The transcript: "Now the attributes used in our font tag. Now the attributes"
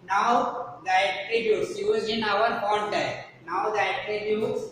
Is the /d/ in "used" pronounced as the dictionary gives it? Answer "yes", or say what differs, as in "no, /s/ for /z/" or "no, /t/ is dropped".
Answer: no, /d/ is dropped